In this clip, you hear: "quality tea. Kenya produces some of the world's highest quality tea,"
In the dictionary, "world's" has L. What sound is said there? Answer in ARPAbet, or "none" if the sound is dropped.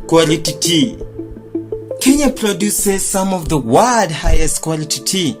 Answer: none